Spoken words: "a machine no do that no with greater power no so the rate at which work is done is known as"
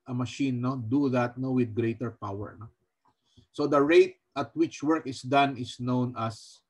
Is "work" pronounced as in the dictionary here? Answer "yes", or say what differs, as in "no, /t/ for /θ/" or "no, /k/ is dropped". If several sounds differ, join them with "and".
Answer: yes